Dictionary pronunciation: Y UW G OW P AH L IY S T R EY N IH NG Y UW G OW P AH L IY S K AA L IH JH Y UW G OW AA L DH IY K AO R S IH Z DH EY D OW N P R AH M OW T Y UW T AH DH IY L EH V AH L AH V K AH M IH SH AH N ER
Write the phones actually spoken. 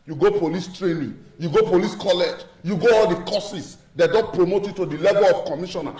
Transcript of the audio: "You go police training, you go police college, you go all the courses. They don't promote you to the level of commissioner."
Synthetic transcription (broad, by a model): Y UW G OW P AH L IY S T R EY N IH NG Y UW G OW P AH L IY S K AA L IH JH Y UW G OW AA L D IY K AO S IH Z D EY D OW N P R AH M OW T Y UW T AH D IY L EH V AH L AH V K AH M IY SH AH N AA